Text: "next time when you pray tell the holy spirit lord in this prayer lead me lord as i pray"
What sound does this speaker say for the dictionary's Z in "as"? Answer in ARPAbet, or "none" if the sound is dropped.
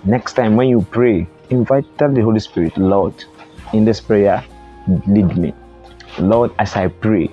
S